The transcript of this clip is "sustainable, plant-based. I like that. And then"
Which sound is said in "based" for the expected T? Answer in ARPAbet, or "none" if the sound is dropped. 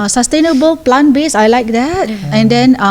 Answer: none